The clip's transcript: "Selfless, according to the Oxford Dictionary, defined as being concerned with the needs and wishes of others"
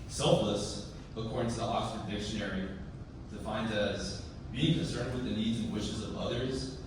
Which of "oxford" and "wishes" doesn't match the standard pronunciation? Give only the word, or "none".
oxford